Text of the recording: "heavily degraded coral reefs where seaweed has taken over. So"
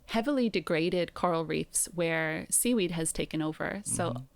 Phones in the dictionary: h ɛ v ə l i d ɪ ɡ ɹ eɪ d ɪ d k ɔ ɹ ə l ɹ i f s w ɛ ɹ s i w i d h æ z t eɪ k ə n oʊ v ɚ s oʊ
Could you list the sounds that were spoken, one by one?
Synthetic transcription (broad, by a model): h ɛ v l i d ɪ ɡ ɹ eɪ d ɪ d k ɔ ɹ l ɹ i f s w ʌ ɹ s i w i d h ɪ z t eɪ k ə n oʊ v ɚ s oʊ